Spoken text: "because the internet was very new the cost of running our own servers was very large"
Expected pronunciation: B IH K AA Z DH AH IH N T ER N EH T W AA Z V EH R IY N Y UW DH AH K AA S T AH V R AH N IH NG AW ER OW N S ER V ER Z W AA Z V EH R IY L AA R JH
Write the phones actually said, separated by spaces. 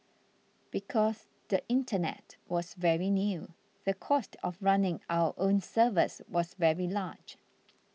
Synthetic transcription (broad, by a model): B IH K AA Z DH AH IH N T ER N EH T W AA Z V EH R IY N Y UW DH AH K AA S T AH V R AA N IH NG AW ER OW N S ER V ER S W AA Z V EH R IY L AA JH